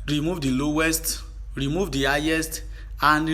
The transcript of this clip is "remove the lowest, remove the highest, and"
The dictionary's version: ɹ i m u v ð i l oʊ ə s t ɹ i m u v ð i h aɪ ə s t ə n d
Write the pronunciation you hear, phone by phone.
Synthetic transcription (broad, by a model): ɹ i m u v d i l oʊ ə s t ɹ i m u v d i h aɪ ə s t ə n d